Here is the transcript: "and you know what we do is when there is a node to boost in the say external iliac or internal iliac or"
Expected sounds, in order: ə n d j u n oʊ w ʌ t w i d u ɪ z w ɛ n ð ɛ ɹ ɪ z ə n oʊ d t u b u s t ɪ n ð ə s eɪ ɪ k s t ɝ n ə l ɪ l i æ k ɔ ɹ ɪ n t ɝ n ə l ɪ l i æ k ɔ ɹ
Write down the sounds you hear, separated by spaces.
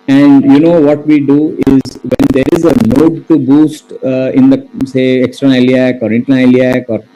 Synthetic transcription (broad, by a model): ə n d j u n oʊ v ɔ t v i d u ɪ z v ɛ n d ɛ ɹ ɪ z ə n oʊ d t u b u s t ɪ n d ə s eɪ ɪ k s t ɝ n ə ɪ l i æ k ɔ ɹ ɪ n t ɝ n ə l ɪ l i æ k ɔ ɹ